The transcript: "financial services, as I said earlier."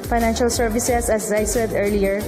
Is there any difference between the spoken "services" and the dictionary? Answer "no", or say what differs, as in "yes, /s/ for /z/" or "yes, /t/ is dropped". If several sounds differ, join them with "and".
yes, /s/ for /z/